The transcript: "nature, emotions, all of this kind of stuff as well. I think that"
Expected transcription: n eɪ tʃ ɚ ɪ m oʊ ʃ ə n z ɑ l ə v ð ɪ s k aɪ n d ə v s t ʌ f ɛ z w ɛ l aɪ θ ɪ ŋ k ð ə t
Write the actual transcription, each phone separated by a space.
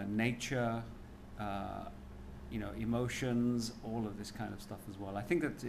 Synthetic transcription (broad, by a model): n eɪ tʃ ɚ ɪ m oʊ ʃ ə n z ɑ l ə v ð ɪ s k aɪ n d ə v s t ʌ f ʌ z w ɛ l aɪ θ ɪ ŋ k ð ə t